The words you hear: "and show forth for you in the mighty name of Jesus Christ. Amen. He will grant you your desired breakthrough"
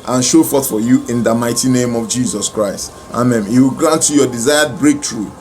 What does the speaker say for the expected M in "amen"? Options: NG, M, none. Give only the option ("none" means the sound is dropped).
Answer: M